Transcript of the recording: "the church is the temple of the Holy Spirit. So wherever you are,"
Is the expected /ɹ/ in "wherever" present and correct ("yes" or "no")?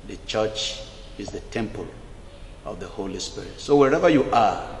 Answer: yes